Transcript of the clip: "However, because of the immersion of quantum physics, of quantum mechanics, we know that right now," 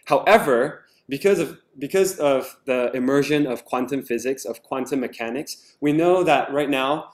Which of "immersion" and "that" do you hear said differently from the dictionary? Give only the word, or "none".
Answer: none